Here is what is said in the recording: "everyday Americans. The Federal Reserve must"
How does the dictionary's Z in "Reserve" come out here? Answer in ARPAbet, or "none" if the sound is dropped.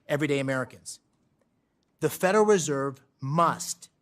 Z